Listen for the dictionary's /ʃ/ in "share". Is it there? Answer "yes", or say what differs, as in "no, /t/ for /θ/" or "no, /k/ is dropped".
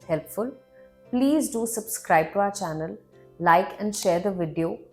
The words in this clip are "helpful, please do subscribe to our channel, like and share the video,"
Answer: yes